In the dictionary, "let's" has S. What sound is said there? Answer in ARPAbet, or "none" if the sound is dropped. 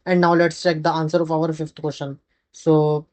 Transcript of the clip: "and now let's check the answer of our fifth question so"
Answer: S